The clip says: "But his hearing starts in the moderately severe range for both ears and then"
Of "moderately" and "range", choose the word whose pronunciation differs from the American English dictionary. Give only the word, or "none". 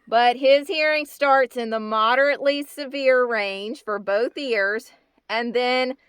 range